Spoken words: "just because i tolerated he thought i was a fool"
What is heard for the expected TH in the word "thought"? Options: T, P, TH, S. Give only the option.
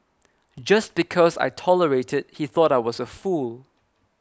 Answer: TH